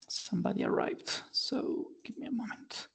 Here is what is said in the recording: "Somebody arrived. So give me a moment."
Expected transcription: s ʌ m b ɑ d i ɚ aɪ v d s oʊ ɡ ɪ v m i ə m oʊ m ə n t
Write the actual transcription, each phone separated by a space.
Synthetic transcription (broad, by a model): s ʌ m b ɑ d i ɚ aɪ v d s oʊ ɡ ɪ v m i ə m oʊ m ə n t